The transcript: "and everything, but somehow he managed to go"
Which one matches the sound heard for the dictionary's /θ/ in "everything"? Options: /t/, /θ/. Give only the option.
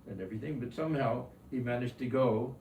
/θ/